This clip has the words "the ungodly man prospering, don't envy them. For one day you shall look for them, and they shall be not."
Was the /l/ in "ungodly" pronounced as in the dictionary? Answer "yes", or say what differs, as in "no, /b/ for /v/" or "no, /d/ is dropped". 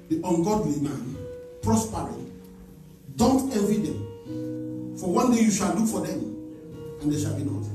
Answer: no, /w/ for /l/